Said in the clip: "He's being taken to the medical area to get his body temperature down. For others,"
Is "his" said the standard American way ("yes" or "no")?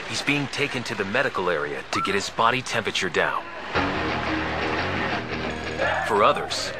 yes